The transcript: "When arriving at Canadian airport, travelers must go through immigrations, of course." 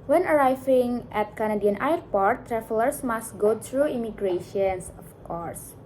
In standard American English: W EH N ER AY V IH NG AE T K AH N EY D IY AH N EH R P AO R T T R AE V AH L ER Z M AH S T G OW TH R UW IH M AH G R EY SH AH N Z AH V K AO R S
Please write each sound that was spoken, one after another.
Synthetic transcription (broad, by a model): W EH N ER AY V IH NG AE T K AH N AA D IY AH N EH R P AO R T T R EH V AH L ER S M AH S T G OW T R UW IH M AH G R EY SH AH N S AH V K AO R S